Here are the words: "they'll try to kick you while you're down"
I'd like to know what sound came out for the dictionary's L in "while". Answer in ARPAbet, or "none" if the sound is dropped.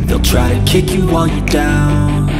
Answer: N